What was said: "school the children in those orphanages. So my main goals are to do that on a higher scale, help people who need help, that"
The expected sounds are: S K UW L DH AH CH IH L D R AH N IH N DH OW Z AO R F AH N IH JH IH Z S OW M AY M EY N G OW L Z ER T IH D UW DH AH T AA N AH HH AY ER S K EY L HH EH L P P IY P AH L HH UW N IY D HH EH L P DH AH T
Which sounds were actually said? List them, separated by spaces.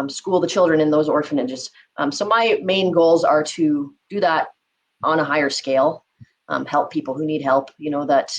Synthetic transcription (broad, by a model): S K UW L DH AH CH IH L D R AH N IH N DH OW Z AO R F AH N IH JH IH Z S OW M AY M EY N G OW L Z ER T IH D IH DH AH T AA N AH HH AY ER S K EY L HH EH L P P IY P L HH UW N IY D HH EH L P DH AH T